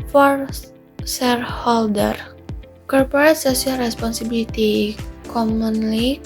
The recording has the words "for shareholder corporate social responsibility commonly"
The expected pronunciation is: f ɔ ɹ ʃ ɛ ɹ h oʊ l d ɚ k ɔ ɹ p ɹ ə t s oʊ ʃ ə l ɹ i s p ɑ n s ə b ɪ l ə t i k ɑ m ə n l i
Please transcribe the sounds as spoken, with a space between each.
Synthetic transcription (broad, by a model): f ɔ ɹ s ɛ ɹ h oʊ l d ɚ k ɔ ɹ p ɹ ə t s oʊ s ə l ɹ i s p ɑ n s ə b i l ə t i k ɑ m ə n l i